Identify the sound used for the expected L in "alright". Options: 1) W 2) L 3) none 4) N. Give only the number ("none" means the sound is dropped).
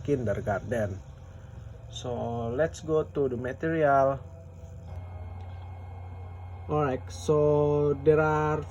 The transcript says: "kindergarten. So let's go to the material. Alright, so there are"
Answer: 3